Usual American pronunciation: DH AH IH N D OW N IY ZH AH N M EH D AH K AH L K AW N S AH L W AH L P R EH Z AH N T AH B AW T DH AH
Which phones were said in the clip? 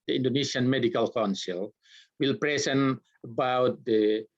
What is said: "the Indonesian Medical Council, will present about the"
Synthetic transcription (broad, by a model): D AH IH N D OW N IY S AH N M EH D AH K AH L K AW N S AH L W AH L P R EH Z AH N AH B AW T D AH